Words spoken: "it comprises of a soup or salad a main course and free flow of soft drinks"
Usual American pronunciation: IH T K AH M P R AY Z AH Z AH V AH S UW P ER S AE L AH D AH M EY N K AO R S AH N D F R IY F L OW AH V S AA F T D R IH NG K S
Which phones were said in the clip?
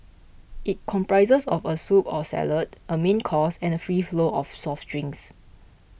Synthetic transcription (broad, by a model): IH T K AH M P R AY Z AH S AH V AH S UW P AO S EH L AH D AH M EY N K AO S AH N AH F R IY F L OW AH F S AA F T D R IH NG S